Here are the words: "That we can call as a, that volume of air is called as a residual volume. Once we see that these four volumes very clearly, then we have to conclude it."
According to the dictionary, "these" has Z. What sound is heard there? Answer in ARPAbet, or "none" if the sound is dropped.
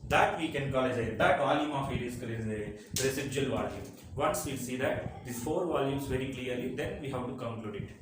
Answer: none